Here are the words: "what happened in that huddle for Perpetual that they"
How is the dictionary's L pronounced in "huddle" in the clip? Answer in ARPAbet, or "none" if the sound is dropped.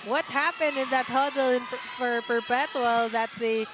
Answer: N